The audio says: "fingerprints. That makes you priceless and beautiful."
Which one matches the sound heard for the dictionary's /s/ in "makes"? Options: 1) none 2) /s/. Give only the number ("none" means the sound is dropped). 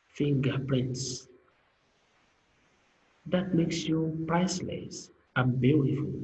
2